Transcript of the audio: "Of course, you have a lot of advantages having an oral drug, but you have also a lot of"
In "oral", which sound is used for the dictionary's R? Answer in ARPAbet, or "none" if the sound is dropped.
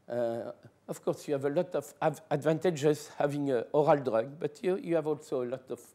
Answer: R